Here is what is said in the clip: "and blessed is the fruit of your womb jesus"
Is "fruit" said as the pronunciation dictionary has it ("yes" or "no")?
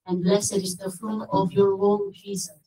no